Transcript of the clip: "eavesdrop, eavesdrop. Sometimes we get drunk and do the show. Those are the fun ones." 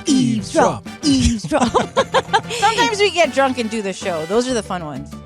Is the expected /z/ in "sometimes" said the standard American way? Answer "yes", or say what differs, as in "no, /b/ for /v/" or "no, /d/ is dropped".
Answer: yes